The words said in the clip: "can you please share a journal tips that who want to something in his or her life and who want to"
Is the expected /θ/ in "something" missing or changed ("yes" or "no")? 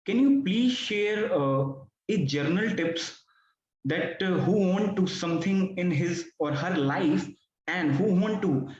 yes